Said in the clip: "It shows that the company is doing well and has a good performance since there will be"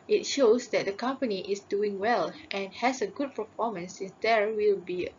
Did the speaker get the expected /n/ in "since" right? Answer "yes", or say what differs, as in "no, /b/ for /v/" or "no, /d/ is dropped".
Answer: yes